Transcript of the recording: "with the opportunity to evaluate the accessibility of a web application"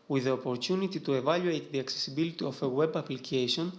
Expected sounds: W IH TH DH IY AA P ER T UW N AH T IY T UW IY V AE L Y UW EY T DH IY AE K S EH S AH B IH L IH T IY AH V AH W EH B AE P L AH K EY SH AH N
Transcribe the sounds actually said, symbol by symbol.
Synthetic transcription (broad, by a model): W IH DH IY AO P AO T UW N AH T IY T UW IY V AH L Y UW EY T DH IY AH K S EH S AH B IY L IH T IY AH F AH W EH B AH P L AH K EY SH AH N